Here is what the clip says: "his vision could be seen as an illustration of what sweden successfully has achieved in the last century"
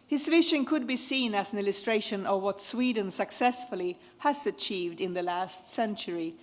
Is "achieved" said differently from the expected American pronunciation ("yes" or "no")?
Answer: no